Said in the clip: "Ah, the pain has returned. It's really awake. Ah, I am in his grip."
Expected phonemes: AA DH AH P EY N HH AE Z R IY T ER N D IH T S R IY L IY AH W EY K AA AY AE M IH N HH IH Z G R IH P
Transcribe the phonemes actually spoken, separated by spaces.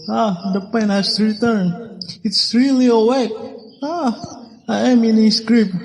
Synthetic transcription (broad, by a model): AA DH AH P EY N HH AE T R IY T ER N IH T S R IY L IY AH W EY K AA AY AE M IH N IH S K R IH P